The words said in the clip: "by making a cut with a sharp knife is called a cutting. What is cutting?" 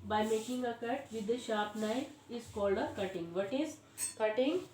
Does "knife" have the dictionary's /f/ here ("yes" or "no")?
no